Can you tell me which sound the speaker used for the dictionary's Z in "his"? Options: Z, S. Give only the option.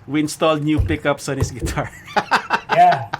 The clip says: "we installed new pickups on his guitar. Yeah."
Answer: S